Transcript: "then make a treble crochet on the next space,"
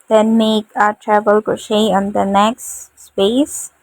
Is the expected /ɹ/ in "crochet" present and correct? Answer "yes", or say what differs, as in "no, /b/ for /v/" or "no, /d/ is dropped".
no, /ɹ/ is dropped